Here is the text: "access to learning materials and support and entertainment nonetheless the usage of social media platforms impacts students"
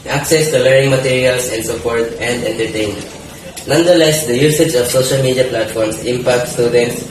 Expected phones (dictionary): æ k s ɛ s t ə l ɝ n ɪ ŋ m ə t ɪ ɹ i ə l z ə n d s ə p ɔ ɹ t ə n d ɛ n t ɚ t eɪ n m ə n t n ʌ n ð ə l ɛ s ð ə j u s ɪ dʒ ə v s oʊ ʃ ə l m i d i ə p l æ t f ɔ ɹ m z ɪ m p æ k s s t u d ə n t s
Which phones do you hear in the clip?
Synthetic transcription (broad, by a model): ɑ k s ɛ s t ə l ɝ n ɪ ŋ m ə t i ɹ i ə l s ə n d s ə p ɔ ɹ t ə n d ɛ n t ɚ t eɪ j n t n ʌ n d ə l ɛ s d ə j u s ɪ dʒ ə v s oʊ ʃ ə l m i d i ə p l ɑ t f ɔ ɹ m s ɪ m p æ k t s t u d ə n t s